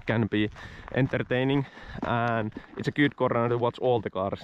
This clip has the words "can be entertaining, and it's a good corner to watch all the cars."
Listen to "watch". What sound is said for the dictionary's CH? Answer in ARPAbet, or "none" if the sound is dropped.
S